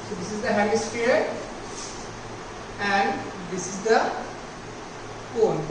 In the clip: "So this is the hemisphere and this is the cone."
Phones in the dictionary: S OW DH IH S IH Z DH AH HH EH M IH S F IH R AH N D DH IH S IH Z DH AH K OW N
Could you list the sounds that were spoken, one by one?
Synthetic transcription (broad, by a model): S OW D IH S IH Z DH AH HH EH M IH S P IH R AH N D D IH S IH Z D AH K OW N